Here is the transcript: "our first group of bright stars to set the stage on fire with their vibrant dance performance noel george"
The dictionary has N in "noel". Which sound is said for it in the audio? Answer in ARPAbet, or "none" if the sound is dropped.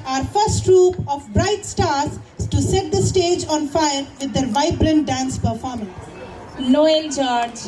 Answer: L